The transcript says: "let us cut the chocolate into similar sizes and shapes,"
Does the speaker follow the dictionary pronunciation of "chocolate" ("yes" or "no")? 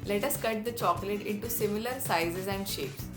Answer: yes